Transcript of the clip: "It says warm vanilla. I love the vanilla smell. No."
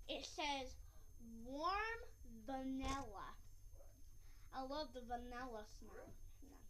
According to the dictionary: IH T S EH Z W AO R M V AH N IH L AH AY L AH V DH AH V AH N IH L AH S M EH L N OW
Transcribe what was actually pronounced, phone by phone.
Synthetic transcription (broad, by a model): IH T S EH Z W AO R M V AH N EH L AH AY L AH V DH AH V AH N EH L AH S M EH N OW